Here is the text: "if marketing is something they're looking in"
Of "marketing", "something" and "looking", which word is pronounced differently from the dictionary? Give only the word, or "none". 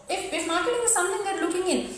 something